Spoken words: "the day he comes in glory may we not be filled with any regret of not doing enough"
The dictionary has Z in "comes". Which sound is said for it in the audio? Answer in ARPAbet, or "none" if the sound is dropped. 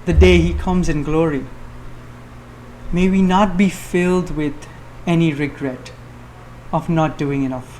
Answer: Z